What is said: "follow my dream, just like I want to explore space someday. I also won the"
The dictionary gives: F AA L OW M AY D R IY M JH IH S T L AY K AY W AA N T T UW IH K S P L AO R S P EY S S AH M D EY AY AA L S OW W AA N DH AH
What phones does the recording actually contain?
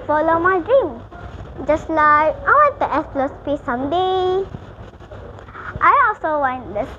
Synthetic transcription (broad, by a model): F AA L OW M AY D R IY M JH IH S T L AY K AY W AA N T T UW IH S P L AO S P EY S S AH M D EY AY AA L S OW W AA N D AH